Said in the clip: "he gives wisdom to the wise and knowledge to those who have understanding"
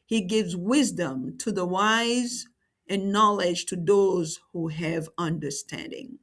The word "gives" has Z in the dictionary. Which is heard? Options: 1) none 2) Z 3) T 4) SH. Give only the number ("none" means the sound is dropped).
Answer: 2